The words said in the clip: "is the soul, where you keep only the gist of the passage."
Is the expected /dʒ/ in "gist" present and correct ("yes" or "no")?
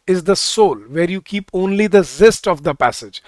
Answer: no